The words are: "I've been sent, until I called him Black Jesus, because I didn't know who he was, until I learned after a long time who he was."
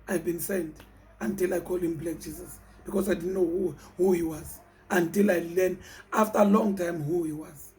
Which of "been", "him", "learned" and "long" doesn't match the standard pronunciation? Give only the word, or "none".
learned